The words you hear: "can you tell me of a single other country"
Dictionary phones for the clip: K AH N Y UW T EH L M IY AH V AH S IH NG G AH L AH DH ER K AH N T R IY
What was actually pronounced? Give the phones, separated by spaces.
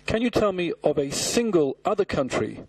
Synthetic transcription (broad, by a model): K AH N Y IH T EH L M IY AH V AH S IH NG G AH L AH DH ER K AH N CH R IY